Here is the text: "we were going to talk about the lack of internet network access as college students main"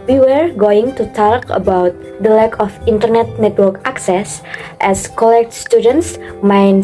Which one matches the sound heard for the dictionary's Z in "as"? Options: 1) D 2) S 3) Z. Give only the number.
2